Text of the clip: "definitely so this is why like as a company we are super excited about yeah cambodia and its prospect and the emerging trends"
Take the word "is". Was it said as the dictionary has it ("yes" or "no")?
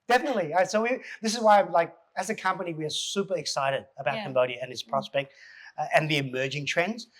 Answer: yes